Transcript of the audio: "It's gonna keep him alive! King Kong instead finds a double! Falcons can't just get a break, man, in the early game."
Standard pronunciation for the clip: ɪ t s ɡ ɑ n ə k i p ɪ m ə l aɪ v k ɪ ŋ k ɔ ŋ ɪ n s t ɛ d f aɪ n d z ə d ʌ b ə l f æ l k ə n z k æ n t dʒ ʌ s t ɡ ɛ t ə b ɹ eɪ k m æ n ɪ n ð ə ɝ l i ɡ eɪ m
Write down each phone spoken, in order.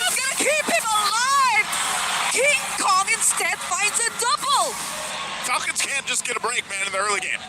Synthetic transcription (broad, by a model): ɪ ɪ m ɡ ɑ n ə k i p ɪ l ə l aɪ v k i k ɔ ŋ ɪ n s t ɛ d f aɪ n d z ə d ʌ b l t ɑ k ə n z k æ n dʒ ʌ s ɡ ɛ t ə b ɹ eɪ k m æ n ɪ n ð ə ɝ l i ɡ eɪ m